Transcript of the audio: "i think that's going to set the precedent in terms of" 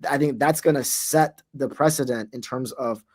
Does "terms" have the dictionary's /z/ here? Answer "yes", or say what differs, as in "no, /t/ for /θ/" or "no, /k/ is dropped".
yes